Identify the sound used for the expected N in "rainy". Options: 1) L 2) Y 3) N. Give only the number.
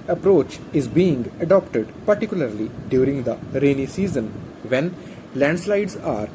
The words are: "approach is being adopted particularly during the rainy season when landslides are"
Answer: 3